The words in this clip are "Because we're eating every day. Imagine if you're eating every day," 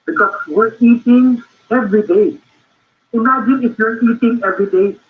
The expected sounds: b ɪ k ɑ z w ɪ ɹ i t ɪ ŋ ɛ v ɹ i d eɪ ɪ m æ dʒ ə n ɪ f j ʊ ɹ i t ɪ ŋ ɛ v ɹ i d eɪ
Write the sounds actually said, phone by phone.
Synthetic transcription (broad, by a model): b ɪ k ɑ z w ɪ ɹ i t ɪ ŋ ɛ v ɹ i d eɪ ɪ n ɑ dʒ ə ɪ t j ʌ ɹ i t ɪ ŋ ɛ v ɹ i d eɪ